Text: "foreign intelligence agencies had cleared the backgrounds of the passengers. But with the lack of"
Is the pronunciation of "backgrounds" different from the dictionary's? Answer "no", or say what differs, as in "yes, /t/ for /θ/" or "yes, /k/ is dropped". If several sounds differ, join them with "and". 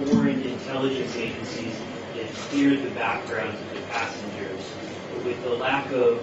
no